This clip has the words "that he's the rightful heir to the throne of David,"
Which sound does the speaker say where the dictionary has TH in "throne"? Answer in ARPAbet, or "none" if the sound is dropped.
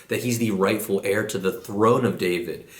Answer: TH